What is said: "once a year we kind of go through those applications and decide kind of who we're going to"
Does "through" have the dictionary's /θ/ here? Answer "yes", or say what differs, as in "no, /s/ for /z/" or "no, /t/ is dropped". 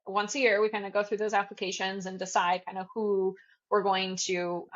yes